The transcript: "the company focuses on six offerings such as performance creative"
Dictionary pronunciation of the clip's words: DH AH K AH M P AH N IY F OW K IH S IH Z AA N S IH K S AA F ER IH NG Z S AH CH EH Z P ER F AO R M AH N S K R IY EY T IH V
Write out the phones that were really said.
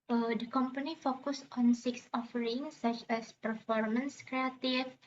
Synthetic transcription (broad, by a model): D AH K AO M P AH N IY F OW K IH S AA N S IH K S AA F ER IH NG S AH CH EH S P ER F AO R M AH N S K R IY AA T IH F